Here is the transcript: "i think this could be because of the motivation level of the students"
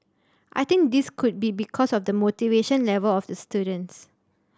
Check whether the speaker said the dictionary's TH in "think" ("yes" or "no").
no